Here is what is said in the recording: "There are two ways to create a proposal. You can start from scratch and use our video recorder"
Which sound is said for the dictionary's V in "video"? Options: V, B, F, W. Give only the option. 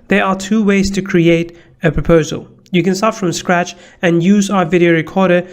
V